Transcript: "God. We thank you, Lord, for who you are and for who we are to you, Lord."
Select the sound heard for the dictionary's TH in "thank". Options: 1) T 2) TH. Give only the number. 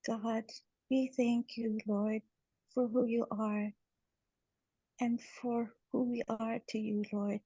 2